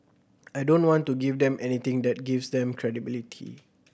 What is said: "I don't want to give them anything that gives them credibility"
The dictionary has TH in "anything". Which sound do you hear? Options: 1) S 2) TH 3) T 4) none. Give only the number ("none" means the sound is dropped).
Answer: 3